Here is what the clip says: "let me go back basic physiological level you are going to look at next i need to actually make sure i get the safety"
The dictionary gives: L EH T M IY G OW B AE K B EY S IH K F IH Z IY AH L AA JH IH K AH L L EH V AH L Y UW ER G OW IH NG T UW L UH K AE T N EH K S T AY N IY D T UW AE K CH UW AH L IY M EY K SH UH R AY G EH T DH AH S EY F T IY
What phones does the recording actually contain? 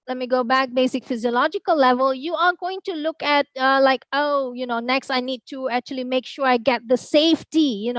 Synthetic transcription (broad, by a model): L EH T M IY G OW B AE K B EY S IH K F IH Z IY AH L AA JH IH K AH L L EH V AH L Y UW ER G OW IH NG T UW L UH K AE T N EH K S T AY N IY D T UW AE K CH UW AH L IY M EY K SH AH R AY G EH T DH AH S EY F T IY